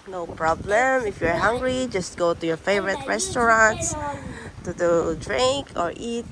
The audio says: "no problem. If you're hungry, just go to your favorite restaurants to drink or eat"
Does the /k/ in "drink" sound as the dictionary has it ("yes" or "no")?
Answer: yes